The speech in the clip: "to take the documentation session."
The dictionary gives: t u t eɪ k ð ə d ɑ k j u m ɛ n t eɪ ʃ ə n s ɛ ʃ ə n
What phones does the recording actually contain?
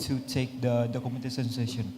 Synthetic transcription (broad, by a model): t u t eɪ k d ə d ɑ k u m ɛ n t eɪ s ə n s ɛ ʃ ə n